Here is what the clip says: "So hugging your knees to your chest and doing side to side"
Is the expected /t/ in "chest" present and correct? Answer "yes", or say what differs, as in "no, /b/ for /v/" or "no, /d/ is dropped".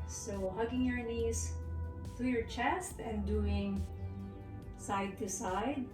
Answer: yes